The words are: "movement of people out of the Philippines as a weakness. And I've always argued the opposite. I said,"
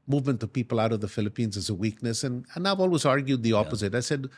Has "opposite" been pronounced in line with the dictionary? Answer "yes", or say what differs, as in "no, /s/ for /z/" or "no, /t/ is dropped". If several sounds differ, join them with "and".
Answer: yes